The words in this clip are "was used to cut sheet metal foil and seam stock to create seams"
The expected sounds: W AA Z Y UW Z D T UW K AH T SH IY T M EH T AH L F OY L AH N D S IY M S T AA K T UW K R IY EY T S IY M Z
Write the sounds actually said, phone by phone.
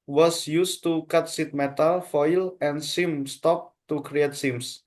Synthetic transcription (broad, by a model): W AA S Y UW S T UW K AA T S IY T M EH T AH L F OY L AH N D S IY M S T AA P T UW K R IY EY T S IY M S